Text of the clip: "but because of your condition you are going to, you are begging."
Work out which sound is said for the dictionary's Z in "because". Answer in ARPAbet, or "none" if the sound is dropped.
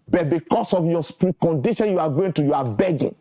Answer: S